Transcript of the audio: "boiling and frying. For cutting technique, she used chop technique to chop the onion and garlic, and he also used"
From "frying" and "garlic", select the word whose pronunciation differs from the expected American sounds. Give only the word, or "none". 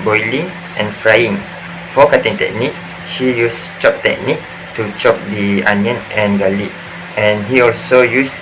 garlic